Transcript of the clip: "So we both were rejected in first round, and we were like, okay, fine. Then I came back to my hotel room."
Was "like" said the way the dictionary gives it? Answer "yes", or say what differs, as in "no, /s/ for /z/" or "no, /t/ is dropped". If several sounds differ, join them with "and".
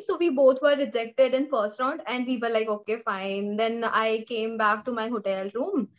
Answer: yes